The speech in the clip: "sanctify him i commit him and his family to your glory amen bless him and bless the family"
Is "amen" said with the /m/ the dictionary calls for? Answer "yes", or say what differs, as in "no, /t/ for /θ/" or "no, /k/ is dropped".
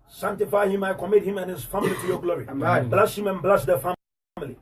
no, /m/ is dropped